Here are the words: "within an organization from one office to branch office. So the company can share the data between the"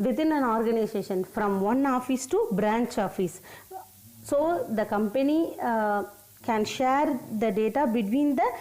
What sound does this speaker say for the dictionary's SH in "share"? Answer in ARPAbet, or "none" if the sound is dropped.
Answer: SH